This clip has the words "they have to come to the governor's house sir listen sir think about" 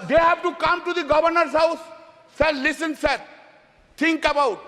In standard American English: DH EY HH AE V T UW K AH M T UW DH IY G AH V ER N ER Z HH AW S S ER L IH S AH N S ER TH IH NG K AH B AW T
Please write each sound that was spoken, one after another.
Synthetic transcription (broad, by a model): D EY HH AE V T UW K AH M T UW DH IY G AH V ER N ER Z HH AW S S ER L IH S AH N S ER T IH NG K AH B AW T